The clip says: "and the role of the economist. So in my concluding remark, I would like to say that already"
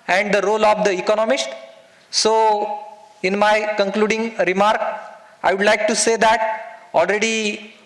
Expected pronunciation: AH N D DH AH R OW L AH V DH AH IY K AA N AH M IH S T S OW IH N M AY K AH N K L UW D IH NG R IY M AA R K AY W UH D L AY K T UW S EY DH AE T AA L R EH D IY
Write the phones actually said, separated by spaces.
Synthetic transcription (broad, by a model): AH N D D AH R OW L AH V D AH IY K AA N AH M IH S T S OW IH N M AY K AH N K L UW D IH NG R IY M AA R K AY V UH D L AY K T UW S EY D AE T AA L R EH D IY